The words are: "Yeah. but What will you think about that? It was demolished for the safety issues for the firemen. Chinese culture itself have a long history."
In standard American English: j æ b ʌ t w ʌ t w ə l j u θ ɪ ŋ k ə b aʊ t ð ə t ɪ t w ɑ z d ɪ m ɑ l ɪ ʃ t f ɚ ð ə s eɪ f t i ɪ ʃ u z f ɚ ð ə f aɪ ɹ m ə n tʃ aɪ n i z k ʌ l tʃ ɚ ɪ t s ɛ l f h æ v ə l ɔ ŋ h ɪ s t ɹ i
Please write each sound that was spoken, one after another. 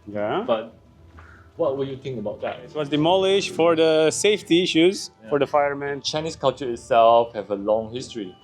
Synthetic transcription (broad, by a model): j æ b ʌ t w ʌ t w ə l j u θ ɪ ŋ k ə b aʊ t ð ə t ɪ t w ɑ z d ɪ m ɑ l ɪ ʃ f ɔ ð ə s eɪ f t i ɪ ʃ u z f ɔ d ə f aɪ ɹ m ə n tʃ aɪ n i s k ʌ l tʃ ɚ ɪ t s ɛ l f h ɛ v ə l ɔ ŋ h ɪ s t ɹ i